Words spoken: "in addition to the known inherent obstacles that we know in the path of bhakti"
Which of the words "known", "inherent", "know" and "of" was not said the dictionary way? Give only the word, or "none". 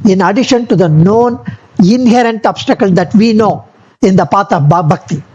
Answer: of